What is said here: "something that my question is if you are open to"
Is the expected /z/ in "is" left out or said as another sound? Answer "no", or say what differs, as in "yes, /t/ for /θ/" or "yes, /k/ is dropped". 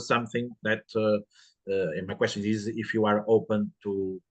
no